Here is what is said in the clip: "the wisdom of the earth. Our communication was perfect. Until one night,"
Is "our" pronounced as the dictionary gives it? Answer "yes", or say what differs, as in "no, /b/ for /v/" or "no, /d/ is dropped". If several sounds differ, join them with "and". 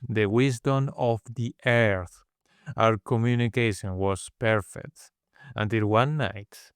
no, /w/ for /ɹ/